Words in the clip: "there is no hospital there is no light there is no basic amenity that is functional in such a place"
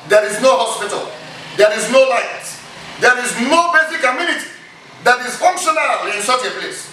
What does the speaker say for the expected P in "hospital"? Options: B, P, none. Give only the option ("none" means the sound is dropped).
P